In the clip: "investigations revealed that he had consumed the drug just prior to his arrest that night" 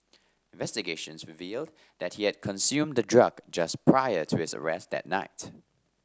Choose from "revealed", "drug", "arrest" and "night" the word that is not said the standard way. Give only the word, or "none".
none